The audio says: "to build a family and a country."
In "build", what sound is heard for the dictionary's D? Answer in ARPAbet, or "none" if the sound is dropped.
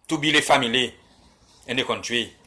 none